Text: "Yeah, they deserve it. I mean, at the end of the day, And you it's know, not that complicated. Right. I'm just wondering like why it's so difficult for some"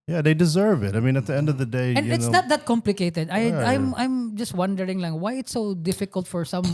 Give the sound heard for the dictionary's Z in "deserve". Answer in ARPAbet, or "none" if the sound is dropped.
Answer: Z